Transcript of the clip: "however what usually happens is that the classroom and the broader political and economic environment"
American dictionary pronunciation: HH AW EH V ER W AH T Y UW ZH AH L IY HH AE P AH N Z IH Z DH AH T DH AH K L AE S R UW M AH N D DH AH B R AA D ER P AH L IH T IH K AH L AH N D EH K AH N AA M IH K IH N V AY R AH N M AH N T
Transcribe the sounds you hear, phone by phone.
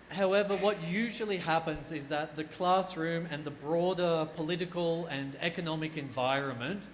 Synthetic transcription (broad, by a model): HH AW EH V ER W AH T Y UW ZH AH L IY HH AE P AH N Z IH Z DH AH T DH AH K L AE S R UW M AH N DH AH B R AA D ER P AH L IH T IH K AH L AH N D EH K AH N AA M IH K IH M V AY R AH N M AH N T